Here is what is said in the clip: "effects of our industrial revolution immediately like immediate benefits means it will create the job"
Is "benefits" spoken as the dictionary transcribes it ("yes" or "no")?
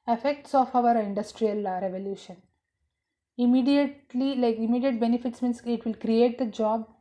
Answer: yes